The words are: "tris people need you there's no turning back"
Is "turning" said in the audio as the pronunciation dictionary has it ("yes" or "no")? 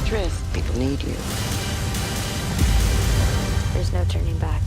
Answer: yes